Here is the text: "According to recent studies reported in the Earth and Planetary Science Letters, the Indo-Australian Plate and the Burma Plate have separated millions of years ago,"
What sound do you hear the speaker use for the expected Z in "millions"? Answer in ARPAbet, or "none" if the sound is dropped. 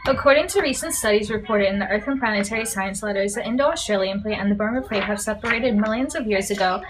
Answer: Z